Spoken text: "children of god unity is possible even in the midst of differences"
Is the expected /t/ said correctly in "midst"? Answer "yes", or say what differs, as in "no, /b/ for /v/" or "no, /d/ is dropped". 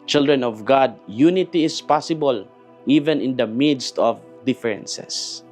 yes